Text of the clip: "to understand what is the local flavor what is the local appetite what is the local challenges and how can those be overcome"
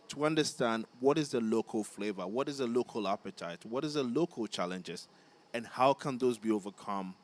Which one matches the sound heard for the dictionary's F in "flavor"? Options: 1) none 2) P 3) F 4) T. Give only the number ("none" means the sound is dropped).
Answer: 3